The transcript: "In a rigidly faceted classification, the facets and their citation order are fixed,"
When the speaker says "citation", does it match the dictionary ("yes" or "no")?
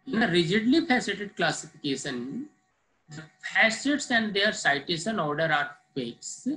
no